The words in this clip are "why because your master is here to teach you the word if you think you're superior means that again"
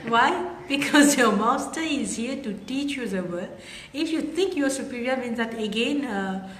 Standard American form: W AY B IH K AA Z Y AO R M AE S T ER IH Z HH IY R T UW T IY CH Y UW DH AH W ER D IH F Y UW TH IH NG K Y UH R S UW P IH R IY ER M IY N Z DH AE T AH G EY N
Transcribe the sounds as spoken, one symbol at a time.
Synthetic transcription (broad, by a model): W AY B IH K AA Z Y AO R M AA S T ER IH Z HH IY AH T UW T IY CH Y UW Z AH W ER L IH F Y UW T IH NG K Y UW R S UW P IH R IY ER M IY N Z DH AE T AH G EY N